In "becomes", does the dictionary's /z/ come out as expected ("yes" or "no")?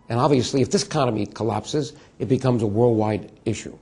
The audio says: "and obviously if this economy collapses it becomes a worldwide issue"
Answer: yes